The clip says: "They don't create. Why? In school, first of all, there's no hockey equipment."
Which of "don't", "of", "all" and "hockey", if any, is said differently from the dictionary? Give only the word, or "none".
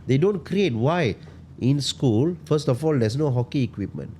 of